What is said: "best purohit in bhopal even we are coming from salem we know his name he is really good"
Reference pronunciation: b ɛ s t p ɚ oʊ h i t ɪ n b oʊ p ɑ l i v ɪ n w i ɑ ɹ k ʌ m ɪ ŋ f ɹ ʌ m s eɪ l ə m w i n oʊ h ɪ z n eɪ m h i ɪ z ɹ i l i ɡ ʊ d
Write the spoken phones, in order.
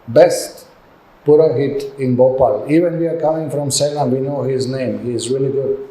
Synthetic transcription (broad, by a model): b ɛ s t p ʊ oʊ h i t ɪ n b oʊ p ɑ l i v ɪ n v i ɑ ɹ k ʌ m ɪ ŋ f ɹ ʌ m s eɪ n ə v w i n oʊ h ɪ z n eɪ m h i ɪ z ɹ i l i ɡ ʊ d